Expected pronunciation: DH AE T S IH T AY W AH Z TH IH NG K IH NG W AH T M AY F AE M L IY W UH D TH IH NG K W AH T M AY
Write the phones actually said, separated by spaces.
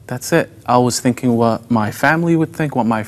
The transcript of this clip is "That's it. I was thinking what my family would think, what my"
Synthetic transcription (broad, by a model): DH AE T S IH T AY W AH Z TH IH NG K IH NG W AH T M AY F AE M L IY W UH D TH IH NG K W AH T M AY